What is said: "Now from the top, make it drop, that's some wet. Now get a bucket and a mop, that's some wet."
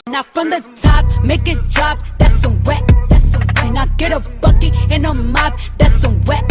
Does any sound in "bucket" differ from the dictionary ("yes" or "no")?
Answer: yes